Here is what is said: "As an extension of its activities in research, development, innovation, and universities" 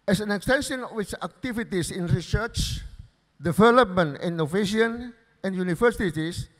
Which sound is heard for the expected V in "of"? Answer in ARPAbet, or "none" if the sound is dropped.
W